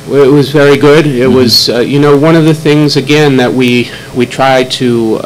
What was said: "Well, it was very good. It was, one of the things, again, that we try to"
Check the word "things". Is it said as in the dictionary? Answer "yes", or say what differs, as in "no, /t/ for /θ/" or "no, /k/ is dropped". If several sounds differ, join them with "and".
yes